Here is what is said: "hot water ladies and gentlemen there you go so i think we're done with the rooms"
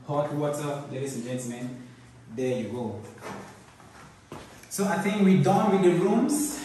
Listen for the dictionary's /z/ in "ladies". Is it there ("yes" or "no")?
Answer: no